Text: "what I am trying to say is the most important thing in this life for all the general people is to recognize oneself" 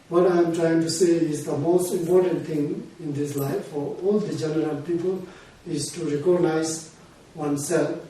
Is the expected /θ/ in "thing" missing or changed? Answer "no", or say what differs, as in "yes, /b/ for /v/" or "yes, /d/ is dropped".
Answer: yes, /t/ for /θ/